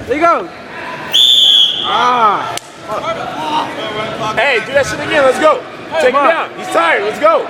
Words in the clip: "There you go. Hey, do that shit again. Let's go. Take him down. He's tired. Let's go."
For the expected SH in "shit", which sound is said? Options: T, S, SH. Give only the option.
S